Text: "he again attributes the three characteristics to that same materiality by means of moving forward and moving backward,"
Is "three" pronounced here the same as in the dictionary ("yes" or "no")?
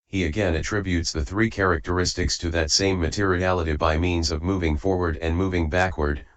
yes